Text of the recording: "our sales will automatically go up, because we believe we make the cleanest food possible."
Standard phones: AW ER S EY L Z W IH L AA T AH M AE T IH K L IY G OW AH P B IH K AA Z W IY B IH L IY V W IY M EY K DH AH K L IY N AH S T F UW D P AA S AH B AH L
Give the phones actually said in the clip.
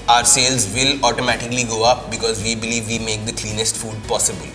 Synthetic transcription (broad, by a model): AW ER S EY L Z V IH L AA T AH M AE T IH K L IY G OW AH P B IH K AA Z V IY B IH L IY V IY M EY K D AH K L IY N AH S T F UW D P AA S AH B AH L